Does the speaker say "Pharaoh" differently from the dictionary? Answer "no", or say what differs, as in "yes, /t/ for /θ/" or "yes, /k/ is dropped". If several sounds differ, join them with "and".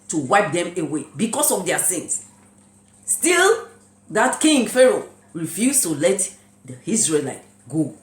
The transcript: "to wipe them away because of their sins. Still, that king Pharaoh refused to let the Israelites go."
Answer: no